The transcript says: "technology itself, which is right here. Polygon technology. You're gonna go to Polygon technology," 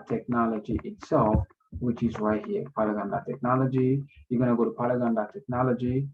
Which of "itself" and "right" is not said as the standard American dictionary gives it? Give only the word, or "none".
right